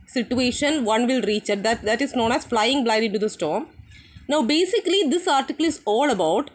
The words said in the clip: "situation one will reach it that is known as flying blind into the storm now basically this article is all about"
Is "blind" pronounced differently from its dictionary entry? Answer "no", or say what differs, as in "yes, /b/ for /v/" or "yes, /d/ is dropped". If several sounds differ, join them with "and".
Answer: yes, /n/ is dropped